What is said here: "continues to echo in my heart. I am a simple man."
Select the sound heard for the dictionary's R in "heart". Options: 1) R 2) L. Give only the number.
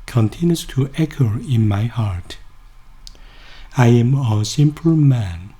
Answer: 1